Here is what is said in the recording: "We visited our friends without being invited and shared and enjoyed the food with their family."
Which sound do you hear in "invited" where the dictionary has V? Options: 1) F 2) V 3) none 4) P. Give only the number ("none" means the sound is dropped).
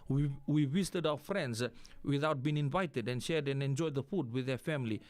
2